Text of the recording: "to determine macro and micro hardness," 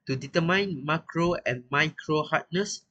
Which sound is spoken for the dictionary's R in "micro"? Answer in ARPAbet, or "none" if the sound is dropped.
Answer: R